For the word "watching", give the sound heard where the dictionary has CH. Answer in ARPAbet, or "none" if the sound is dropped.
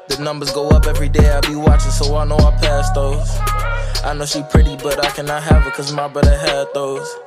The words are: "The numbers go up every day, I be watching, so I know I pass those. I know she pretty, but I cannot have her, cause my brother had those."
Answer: CH